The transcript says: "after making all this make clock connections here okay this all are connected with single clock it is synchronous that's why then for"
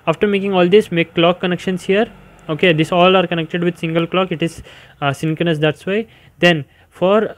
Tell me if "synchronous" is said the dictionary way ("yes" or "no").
no